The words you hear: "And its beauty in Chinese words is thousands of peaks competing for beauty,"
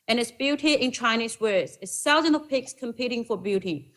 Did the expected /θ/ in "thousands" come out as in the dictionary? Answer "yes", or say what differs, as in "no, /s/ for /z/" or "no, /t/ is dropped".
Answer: no, /s/ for /θ/